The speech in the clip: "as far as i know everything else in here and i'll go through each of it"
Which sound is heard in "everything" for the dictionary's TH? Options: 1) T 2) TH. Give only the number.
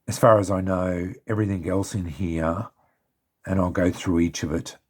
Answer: 2